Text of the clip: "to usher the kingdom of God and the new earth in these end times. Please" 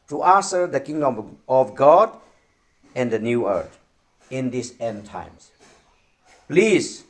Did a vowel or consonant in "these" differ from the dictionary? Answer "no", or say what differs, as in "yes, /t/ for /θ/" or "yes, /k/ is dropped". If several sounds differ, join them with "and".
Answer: yes, /s/ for /z/